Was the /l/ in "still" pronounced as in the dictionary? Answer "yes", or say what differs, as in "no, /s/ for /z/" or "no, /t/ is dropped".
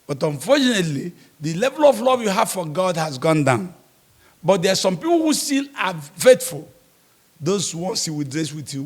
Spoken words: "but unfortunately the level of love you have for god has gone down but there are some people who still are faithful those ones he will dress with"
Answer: no, /n/ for /l/